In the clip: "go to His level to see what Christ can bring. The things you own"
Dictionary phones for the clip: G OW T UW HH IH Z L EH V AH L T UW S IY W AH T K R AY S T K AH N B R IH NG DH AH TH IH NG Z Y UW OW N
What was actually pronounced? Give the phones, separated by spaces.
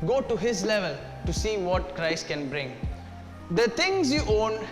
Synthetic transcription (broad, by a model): G OW T UW HH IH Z L EH V AH L T UW S IY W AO T K R AY S T K AH N B R IH NG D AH T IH NG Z Y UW OW N